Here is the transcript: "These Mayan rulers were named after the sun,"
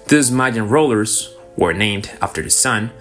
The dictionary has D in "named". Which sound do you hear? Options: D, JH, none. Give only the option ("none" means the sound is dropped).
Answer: D